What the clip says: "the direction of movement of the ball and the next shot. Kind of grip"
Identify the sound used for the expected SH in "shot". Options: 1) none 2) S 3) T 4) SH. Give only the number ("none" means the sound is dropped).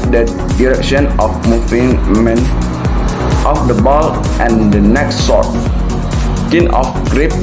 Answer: 2